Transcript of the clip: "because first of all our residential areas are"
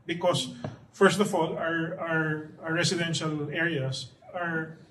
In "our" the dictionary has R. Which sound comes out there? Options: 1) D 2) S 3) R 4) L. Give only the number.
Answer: 3